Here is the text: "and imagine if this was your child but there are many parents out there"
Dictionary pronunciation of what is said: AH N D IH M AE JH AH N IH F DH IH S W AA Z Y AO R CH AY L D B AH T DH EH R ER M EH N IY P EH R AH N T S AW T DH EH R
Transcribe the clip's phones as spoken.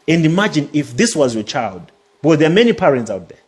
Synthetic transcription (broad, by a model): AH N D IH M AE JH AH N IH F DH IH S W AA Z Y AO CH AY L D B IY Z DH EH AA M EH N IY P EH R AH N T S AW T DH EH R